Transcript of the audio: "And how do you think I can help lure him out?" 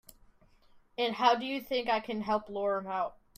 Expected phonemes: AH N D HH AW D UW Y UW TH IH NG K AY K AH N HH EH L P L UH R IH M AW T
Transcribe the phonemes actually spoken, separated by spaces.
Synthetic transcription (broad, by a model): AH N HH AW D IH Y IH TH IH NG K AY K AH N HH EH L P L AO R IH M AW T